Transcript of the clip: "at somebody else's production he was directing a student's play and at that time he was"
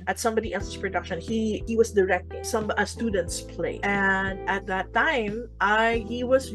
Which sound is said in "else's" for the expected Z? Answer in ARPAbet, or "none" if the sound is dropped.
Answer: S